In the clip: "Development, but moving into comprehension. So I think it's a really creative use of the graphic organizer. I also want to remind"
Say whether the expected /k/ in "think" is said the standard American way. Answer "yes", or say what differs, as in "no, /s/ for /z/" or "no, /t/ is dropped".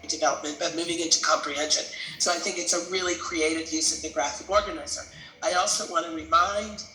yes